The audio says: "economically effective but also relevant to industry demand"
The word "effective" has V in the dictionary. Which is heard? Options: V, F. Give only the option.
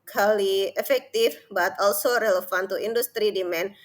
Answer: F